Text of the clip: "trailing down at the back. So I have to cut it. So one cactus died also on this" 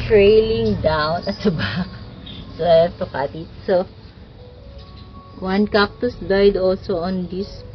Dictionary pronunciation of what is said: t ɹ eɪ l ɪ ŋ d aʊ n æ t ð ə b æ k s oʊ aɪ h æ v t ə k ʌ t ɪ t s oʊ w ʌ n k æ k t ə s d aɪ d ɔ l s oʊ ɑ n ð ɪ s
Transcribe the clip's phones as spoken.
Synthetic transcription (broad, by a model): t ɹ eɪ l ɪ ŋ d aʊ n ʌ t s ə b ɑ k s oʊ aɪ t ə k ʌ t ɪ t s oʊ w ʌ n k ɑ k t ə s d aɪ d ɔ l s oʊ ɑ n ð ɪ s